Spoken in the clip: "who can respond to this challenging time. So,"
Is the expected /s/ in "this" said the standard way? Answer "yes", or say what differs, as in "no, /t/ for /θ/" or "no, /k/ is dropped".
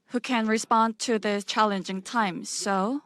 no, /s/ is dropped